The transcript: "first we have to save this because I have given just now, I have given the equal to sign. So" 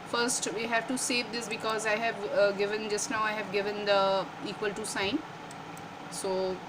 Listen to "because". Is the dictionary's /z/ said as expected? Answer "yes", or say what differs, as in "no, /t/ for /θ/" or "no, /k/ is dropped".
yes